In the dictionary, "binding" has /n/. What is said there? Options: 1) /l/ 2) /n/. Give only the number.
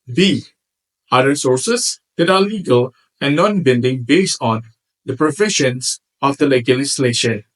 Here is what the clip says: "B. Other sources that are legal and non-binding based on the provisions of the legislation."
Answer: 1